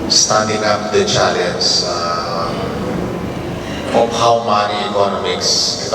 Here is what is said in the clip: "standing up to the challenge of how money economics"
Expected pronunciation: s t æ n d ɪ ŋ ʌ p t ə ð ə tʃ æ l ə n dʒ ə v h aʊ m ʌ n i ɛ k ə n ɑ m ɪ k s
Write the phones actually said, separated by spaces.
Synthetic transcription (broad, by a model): s t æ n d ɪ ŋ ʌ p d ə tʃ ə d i ə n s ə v h aʊ m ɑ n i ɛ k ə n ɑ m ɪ k s